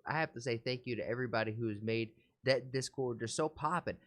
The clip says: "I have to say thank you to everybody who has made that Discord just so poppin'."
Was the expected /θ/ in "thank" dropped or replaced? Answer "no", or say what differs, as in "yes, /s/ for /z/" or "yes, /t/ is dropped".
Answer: no